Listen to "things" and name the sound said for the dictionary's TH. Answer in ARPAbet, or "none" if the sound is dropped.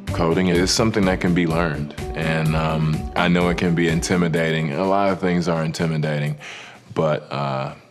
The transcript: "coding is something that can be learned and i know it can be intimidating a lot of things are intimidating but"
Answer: TH